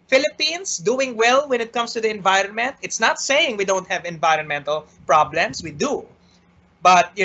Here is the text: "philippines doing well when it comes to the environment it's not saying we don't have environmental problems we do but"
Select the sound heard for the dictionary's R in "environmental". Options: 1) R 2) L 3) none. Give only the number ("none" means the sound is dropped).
1